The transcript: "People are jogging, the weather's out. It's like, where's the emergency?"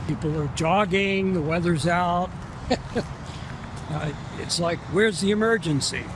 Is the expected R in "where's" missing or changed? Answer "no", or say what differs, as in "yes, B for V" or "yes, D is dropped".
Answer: no